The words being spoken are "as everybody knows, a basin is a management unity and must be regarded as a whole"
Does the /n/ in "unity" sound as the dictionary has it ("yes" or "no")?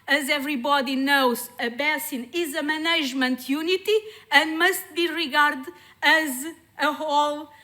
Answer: yes